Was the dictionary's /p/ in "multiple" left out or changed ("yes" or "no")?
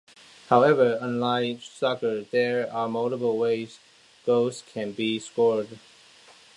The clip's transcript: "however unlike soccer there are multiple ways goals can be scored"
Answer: yes